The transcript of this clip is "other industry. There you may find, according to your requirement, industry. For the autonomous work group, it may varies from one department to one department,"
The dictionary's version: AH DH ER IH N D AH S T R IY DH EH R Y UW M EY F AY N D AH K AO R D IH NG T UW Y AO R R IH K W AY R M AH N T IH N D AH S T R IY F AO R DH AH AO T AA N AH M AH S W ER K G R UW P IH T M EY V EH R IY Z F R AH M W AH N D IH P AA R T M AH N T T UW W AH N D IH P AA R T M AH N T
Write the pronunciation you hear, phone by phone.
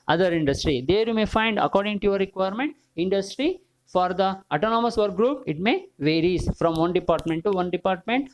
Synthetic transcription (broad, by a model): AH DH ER IH N D AH S T R IY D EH R Y UW M EY F AY N D AH K AO R D IH NG T UW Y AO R R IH K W AY R M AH N T IH N D AH S T R IY F AO R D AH AO T AA N AH M AH S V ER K G R UW P IH T M EY V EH R IY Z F R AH M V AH N D IH P AA R T M AH N T T UW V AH N D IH P AA R T M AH N T